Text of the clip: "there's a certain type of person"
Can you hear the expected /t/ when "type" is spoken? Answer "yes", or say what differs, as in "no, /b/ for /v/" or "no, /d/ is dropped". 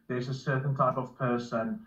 yes